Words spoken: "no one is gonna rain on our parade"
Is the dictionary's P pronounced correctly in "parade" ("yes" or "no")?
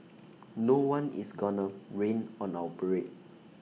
no